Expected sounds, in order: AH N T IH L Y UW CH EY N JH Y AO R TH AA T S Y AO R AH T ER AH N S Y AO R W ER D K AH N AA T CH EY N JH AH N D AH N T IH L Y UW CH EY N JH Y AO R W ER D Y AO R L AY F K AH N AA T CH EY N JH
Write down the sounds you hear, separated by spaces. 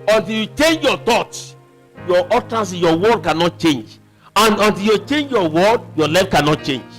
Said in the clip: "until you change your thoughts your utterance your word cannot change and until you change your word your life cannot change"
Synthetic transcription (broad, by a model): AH N T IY L Y UW CH EY N JH Y AO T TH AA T Y AO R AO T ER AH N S Y AO W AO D K AH N AA T CH EY N JH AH N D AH N T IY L Y UW CH EY N JH Y AO W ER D Y AO L AY F K AH N AA T CH EY N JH